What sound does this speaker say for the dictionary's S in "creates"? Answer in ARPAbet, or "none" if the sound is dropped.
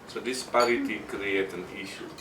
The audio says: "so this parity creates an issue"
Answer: none